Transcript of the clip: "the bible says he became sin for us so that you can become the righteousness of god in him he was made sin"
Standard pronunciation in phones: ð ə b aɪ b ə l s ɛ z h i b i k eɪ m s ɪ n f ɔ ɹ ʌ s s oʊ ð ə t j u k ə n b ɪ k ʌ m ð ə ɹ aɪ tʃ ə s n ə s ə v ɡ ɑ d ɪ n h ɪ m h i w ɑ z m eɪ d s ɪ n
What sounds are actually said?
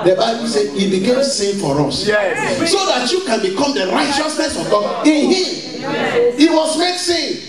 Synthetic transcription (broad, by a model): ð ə b aɪ b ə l s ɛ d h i b i k eɪ m s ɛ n f ɔ ɹ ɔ s s oʊ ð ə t j u k ə n b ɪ k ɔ m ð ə ɹ aɪ tʃ ə s n ə s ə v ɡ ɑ ɪ n h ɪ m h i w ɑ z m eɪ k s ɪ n